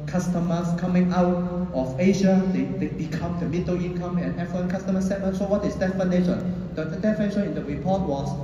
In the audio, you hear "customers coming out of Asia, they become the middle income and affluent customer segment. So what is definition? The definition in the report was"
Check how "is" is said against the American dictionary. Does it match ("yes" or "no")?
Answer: no